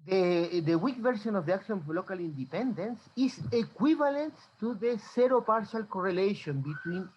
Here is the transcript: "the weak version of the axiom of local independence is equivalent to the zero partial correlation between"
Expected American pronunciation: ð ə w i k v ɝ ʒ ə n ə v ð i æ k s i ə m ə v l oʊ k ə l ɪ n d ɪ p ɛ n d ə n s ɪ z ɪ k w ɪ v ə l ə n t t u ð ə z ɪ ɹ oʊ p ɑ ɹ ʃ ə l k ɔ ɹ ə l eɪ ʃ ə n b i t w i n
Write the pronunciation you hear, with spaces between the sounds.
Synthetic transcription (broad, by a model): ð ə w i k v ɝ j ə n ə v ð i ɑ k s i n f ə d l oʊ k ə l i n d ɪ p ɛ n d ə n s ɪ s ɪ k w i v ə l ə n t t u ð ə s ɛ ɹ oʊ p ɑ ɹ ʃ ə l k ɔ ɹ ə l eɪ ʃ ə n b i t w i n